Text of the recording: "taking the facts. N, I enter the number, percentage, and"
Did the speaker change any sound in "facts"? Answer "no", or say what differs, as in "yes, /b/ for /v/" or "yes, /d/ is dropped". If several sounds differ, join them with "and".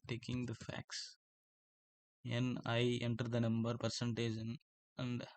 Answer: no